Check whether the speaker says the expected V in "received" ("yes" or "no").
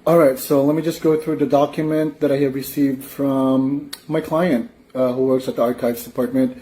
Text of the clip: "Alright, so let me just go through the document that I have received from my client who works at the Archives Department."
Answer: yes